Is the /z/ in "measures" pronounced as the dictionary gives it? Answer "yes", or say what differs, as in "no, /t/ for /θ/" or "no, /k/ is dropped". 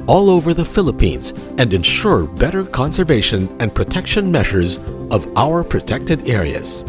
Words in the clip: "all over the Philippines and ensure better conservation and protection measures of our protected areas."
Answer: yes